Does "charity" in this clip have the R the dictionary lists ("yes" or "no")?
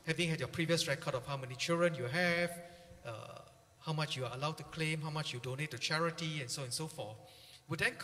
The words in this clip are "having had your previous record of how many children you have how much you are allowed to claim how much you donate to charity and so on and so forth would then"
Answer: yes